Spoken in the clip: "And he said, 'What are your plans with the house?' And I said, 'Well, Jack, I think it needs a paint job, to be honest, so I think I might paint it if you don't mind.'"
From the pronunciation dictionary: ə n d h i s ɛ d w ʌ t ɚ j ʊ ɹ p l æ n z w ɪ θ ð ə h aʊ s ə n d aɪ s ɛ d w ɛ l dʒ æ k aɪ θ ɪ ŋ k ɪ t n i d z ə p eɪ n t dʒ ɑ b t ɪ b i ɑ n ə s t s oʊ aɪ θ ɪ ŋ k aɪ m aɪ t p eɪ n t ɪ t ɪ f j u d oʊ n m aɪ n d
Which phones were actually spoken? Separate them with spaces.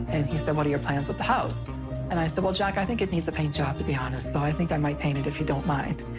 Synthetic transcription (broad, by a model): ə n i s ɛ d w ʌ t ɚ j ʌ ɹ p l æ n z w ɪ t ð ə h aʊ s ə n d aɪ s ɛ d w ɛ l dʒ æ k aɪ θ ɪ ŋ k ɪ t n i d z ə p eɪ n dʒ ɑ b t ɪ b i ɑ n ə s t s oʊ aɪ θ ɪ ŋ k aɪ m aɪ t p eɪ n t ɪ t ɪ f j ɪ d oʊ n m aɪ n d